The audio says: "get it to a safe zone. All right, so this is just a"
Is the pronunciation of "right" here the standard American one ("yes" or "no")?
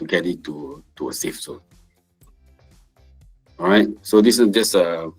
yes